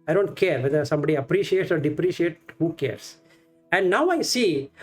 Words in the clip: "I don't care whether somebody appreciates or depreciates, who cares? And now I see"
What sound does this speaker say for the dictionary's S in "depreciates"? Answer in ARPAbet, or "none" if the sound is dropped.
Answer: none